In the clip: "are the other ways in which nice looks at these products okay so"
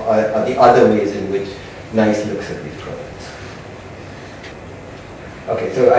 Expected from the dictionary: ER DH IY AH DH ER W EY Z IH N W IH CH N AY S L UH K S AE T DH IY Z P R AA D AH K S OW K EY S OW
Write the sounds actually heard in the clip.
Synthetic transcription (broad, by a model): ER DH IY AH DH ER W EY Z IH N W IH CH N AY S L UH K S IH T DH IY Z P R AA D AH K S OW K EY S OW